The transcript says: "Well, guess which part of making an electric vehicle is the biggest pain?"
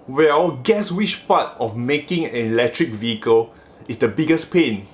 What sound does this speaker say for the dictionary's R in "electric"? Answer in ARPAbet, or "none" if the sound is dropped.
R